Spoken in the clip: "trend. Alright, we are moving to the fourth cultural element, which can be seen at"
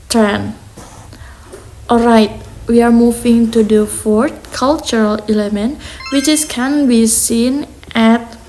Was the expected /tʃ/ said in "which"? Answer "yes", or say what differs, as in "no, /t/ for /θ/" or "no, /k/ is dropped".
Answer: no, /s/ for /tʃ/